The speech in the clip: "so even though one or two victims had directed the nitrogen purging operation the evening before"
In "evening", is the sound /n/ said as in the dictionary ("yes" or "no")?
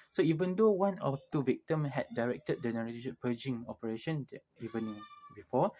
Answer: no